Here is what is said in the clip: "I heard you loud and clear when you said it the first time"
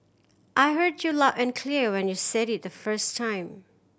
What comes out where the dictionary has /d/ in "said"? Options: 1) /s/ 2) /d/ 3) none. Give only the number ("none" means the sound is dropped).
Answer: 2